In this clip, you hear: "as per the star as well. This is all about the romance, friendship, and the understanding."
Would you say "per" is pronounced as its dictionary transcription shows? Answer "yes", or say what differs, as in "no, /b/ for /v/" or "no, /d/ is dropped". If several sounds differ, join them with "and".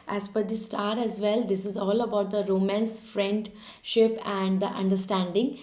no, /f/ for /p/